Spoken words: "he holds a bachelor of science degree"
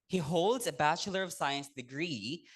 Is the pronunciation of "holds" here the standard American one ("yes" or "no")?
yes